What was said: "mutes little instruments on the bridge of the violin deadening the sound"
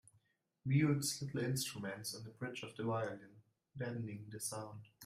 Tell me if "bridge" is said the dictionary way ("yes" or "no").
no